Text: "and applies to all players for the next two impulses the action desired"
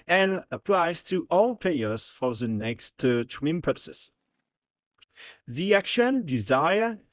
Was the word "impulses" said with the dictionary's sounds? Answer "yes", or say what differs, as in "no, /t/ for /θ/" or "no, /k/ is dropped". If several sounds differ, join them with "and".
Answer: no, /l/ is dropped and /s/ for /z/